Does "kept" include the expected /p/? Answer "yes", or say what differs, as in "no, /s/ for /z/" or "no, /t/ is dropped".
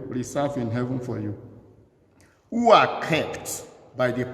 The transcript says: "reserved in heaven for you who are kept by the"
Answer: yes